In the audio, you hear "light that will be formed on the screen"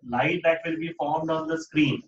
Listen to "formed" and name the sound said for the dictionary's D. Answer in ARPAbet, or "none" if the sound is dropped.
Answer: D